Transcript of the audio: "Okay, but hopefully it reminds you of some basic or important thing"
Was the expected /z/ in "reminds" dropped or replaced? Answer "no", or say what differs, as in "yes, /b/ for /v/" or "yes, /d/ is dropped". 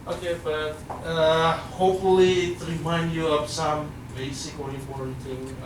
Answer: yes, /z/ is dropped